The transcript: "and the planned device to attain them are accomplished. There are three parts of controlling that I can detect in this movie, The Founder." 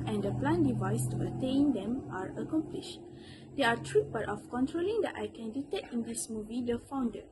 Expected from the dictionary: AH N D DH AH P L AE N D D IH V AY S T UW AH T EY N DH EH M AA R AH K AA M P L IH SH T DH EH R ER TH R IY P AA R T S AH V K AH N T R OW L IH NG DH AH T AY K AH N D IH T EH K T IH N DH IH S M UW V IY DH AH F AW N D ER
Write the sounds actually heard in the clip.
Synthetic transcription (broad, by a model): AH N D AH P L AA N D D IH V AY S T UW AH T EY N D EH M AA R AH K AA M P L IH SH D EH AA T R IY B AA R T AH F K AH N T R OW L IH NG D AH T AY K AH N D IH T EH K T IH N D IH S M UW V IY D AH F AW N D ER